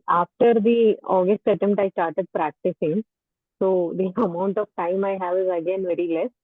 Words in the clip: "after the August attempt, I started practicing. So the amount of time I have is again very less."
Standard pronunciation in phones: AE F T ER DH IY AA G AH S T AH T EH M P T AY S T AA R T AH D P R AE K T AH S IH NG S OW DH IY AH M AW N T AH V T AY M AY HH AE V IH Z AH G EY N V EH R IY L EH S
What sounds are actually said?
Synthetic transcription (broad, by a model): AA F T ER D IY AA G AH S T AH T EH M T AY S T AA R T AH D P R AE K T AH S IH NG S OW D IY AH M AW N T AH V T AY M AY HH AE V IH Z AH G EY N V EH R IY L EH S